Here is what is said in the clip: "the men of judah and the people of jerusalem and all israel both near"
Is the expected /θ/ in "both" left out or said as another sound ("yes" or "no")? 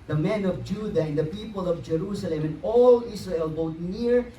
yes